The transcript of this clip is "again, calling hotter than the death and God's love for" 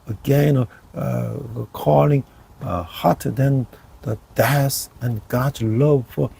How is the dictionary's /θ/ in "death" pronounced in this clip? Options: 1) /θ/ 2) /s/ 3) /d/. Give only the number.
2